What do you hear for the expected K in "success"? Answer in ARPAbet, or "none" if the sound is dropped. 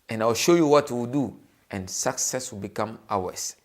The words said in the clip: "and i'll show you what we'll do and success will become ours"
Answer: K